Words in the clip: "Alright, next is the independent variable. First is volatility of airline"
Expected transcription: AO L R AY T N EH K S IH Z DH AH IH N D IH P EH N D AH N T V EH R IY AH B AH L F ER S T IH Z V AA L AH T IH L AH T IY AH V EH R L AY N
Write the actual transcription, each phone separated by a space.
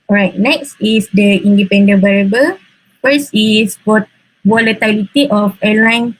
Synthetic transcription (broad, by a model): AO R AY T N EH K S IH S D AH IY N D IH P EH N D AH N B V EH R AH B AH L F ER S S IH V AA L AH T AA L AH T IY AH F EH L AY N